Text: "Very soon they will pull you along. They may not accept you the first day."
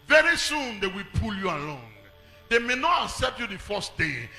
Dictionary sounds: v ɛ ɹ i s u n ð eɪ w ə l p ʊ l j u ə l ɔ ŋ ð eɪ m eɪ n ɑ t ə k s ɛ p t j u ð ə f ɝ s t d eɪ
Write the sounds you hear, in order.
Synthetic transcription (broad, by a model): v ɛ ɹ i s u n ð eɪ w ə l p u l j u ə l ɔ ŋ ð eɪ m eɪ n ɑ t ə k s ɛ p t j u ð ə f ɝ s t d eɪ